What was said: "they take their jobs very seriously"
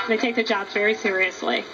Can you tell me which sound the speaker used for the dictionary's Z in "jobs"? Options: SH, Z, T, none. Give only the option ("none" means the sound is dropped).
none